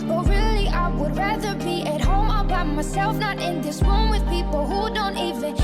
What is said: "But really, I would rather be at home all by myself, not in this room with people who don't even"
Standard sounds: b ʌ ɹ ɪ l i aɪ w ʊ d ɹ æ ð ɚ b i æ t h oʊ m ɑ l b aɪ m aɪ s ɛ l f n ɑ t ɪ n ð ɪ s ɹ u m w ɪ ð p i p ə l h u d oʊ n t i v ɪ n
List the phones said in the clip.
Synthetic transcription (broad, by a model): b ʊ ɹ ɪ l i aɪ w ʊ d ɹ æ ð ɚ b i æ t h oʊ m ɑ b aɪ m aɪ s ɛ l f n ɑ t ɪ n ð ɪ s w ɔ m w ɪ ð p i p l h u d oʊ n t i v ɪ n